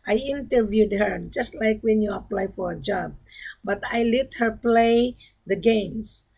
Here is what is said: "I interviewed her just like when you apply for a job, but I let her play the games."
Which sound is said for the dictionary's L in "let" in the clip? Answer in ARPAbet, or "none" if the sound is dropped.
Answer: L